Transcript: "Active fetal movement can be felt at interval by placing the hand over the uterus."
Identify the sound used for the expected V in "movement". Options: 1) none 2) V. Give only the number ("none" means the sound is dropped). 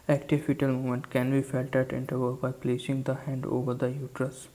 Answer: 1